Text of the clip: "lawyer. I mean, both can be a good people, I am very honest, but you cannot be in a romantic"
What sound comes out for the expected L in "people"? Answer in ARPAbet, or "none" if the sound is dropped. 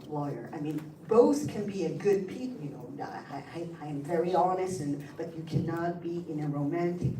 N